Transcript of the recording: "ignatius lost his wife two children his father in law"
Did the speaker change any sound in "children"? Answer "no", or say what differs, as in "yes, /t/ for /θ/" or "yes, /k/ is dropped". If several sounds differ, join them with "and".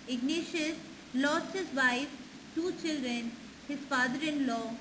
no